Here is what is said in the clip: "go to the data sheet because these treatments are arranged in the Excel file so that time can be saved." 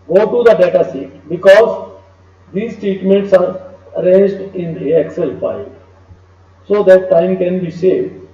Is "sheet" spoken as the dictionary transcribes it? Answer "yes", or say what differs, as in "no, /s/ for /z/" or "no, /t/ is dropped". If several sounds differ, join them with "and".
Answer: no, /s/ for /ʃ/